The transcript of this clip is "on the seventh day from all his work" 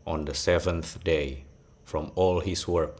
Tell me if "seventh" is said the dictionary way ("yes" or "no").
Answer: yes